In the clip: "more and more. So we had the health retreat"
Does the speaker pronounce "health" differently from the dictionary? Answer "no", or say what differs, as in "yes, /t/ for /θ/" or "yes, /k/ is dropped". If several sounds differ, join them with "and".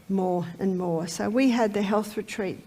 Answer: no